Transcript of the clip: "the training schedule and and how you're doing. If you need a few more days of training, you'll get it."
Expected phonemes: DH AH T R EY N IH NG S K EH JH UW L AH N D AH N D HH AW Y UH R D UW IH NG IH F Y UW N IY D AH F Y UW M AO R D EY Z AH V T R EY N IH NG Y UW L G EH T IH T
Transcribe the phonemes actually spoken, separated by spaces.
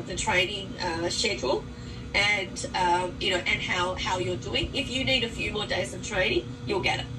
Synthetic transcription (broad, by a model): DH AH T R EY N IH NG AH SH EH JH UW N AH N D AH N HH HH AW Y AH R D UW IH NG IH F Y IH N IY D AH F Y UW M AO R D EY Z AH V T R EY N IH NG Y UW L G EH T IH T